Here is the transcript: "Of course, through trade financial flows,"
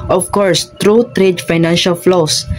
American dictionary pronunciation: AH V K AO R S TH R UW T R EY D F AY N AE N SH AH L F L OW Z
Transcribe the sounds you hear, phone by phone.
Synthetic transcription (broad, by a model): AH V K AO R S T R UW T R EY D F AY N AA N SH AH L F L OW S